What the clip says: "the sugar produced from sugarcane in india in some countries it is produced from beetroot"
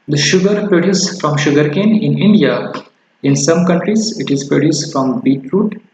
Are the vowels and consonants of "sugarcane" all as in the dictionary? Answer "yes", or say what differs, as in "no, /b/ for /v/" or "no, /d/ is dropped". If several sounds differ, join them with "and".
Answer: yes